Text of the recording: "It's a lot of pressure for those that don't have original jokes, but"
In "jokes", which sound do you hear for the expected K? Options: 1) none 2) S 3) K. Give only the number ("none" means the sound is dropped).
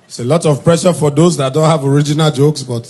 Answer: 3